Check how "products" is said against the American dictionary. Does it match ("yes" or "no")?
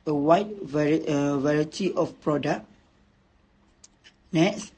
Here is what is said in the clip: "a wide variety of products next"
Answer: no